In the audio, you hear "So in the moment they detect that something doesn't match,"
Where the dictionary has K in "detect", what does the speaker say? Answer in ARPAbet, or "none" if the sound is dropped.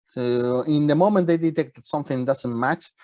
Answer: K